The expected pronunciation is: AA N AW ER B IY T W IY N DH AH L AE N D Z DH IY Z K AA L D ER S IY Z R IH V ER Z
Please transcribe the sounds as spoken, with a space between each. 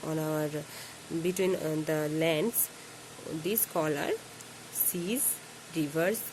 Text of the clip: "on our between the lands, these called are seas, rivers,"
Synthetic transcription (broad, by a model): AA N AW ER B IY T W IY N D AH L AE N D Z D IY S K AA L ER S IY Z R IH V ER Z